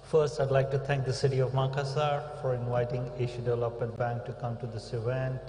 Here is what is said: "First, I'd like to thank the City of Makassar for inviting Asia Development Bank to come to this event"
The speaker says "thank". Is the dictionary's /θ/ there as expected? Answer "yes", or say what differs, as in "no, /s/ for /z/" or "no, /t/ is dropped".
no, /t/ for /θ/